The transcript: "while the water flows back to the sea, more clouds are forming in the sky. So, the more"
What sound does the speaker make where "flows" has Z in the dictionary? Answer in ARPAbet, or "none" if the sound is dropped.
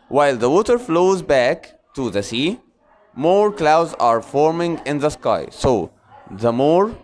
Z